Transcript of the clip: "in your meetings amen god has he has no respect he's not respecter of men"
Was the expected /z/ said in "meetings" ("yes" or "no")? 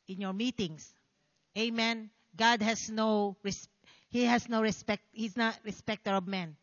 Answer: no